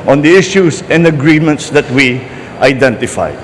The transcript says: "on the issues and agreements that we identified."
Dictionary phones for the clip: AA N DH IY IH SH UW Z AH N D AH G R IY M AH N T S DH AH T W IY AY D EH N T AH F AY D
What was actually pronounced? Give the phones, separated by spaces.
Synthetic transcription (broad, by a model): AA N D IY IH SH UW S AH N D AH G R IY M AH N T S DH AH T W IY AY D EH N T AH F AY